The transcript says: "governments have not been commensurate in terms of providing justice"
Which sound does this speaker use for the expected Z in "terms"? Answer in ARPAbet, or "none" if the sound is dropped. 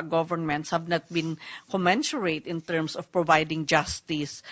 S